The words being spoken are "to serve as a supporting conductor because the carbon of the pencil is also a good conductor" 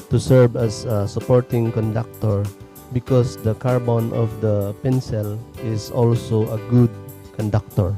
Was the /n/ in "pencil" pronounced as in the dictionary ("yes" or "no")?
yes